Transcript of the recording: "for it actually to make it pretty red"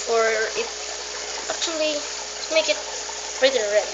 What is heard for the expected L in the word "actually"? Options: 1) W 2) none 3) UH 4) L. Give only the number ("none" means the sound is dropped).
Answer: 2